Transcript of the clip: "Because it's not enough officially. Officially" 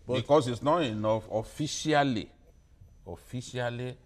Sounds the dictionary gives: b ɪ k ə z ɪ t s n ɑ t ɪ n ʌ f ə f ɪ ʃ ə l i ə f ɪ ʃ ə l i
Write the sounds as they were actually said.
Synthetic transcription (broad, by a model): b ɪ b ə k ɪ s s n ɑ t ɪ n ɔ f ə f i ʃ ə l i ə f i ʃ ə l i